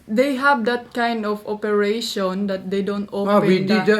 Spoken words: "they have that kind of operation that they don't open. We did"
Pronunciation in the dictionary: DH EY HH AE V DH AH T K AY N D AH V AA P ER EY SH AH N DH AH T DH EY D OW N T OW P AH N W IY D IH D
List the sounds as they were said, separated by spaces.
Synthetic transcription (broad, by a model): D EY HH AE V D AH T K AY N D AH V AA P ER EY SH AH N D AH T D EY D OW N T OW AH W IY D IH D